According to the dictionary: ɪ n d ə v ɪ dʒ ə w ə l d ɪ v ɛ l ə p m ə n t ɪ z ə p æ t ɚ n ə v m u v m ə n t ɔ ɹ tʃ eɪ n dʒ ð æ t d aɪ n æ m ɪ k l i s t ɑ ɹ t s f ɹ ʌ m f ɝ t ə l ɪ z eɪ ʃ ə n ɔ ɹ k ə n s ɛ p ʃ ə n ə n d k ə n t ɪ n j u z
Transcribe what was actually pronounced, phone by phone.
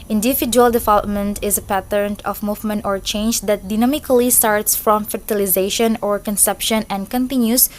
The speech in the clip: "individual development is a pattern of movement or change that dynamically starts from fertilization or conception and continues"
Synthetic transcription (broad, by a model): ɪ n d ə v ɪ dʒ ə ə l d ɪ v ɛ l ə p m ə n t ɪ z ə p æ t ɚ n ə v m u v m ə n t ɔ ɹ tʃ eɪ n dʒ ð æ t d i n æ m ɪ k l i s t ɑ ɹ t s f ɹ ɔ m f ɝ t ə l ɪ z eɪ ʃ ə n ɔ ɹ k ə n s ɛ p ʃ ə n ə n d k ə n t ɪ n j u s